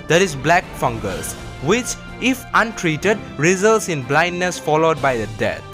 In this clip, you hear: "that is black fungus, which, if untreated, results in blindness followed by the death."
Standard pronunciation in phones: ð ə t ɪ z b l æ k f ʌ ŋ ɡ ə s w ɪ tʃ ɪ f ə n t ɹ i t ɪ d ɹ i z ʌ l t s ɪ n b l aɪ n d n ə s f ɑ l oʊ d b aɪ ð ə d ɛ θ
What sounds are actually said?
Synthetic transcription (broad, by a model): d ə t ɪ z b l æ k f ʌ ŋ ɡ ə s w ɪ tʃ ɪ f ə n t ɹ i t ɪ d ɹ i z ʌ l t s ɪ n b l aɪ n d n ə s f ɑ l oʊ d b aɪ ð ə d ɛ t